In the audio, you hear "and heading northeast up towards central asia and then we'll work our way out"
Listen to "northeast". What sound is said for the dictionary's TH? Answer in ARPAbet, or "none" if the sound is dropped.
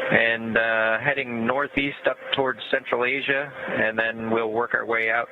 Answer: TH